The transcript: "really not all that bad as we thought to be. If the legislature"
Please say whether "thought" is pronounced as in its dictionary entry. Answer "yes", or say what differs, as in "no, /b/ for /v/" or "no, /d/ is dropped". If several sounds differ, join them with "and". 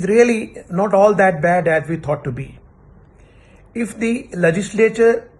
no, /t/ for /θ/